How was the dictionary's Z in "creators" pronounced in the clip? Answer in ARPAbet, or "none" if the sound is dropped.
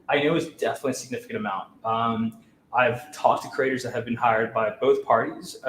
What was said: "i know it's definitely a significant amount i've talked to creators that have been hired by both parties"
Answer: Z